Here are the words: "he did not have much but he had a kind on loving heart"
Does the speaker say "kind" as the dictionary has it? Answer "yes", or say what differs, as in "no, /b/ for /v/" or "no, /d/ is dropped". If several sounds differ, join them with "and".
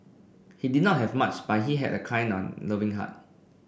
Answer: no, /d/ is dropped